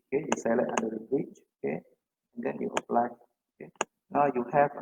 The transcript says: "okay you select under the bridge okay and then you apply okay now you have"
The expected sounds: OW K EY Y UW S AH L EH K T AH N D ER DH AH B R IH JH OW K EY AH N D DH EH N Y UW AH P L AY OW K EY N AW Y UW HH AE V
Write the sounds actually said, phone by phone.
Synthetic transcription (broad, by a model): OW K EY Y UW S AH L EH T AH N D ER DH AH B R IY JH OW K EY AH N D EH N Y UW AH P L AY OW K EY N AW Y UW HH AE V